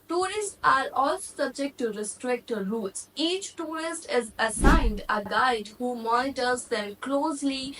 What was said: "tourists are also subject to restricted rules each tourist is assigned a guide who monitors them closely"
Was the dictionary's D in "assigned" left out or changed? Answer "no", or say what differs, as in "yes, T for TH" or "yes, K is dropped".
no